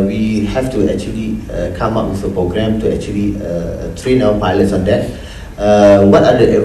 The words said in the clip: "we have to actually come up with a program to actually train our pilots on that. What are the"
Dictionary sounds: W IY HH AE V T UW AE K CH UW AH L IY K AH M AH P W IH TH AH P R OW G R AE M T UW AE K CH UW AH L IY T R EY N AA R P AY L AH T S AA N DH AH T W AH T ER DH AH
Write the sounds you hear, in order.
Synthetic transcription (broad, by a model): W IY HH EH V T UW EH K CH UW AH L IY K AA M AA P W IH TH AH P R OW G R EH M T UW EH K CH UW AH L IY T R EY N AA W P AY L AH T S AA N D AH T W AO T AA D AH